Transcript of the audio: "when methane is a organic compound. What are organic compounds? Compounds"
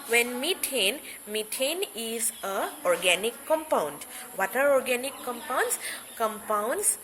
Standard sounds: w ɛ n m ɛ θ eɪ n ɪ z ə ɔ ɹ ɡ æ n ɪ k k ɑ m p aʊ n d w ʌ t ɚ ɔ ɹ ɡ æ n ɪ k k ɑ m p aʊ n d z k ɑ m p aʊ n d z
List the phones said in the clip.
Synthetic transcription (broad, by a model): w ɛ n m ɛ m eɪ n ɪ z ə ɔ ɹ ɡ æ n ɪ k k ɑ m p aʊ n d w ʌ t ɚ ɔ ɹ ɡ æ n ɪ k k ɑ m p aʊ n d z k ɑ m p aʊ n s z